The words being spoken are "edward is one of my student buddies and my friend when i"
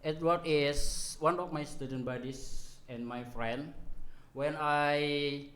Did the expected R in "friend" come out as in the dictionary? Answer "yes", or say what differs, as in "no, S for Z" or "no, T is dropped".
yes